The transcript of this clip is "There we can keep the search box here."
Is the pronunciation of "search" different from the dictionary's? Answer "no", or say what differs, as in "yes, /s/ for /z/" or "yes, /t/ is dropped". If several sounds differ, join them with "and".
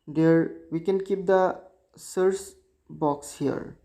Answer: yes, /s/ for /tʃ/